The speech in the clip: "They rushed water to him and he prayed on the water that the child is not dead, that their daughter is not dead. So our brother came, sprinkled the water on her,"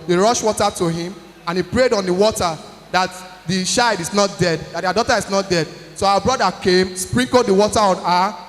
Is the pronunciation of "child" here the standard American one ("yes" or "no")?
no